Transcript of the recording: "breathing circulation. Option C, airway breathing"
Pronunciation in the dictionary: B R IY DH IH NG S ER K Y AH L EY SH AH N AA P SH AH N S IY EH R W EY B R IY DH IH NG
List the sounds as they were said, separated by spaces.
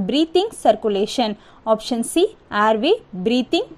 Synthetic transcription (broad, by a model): B R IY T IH NG S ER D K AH L EY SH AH N AA P SH AH N S IY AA R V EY B R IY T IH NG